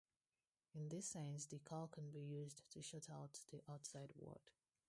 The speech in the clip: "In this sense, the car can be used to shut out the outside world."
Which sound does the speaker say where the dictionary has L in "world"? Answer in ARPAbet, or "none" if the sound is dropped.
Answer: none